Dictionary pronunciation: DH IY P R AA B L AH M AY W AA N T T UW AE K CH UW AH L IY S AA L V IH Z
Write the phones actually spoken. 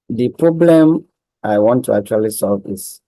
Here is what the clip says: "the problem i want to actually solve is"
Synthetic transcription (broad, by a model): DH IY P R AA B L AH M AY W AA N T T UW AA K CH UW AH L IY S AA L V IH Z